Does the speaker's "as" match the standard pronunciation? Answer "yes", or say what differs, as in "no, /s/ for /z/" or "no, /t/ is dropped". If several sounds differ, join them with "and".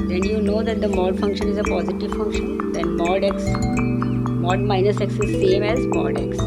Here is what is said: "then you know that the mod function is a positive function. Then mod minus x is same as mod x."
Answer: yes